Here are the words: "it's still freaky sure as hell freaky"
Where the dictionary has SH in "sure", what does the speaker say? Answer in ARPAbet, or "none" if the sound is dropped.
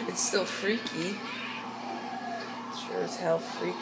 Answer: S